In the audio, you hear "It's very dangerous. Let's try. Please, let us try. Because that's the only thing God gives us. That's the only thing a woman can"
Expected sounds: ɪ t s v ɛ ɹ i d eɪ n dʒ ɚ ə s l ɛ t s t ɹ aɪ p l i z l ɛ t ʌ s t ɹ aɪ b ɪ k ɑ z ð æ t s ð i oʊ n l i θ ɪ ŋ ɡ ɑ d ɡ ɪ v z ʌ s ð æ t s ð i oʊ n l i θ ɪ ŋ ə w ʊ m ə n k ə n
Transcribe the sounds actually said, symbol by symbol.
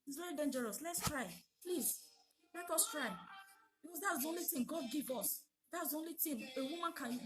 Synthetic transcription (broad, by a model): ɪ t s v ɛ ɹ i d eɪ n dʒ ɚ ə s l ɛ t s t ɹ aɪ p l i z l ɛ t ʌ s t ɹ aɪ b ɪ k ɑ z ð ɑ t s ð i oʊ n l i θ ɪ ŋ ɡ ɑ d ɡ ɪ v ʌ s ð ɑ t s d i oʊ n l i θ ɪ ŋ ə w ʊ m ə n k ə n